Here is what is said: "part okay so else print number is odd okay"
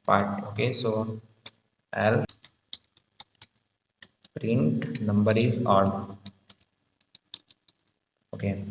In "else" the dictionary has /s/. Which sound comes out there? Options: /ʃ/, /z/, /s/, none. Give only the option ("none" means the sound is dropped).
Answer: none